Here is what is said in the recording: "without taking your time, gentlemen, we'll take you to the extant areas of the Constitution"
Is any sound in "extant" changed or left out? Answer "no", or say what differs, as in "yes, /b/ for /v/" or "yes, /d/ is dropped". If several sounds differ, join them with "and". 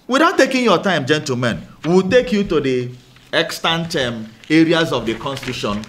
no